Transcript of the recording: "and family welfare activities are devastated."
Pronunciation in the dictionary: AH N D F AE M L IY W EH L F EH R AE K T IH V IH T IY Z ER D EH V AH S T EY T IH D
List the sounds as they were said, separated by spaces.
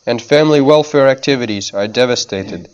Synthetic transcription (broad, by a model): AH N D F AE M L IY W EH L F EH R AE K T IH V IH T IY Z ER D EH V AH S T EY T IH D